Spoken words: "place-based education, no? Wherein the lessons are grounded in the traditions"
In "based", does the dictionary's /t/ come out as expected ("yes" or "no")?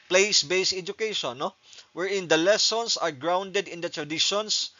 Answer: no